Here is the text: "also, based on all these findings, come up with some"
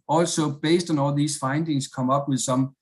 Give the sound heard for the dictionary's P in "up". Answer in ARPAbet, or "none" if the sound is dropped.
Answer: B